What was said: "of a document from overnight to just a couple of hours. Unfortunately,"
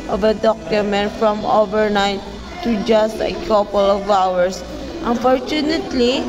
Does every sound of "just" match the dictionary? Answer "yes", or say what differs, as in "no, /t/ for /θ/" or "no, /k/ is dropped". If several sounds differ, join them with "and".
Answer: yes